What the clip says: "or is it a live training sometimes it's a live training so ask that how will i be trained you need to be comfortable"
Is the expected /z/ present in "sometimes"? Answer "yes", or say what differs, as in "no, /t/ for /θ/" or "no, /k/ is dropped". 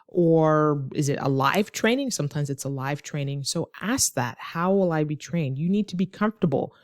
yes